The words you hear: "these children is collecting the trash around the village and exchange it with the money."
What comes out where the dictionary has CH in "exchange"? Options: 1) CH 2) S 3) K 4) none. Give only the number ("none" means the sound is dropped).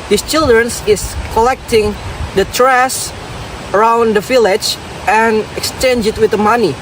1